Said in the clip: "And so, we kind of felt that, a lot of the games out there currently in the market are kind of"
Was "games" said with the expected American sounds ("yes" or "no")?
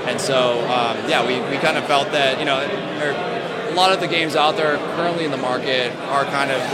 yes